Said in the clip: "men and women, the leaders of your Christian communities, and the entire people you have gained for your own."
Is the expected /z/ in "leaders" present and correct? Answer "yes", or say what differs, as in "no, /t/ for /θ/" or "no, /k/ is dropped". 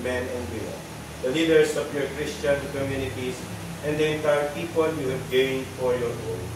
no, /s/ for /z/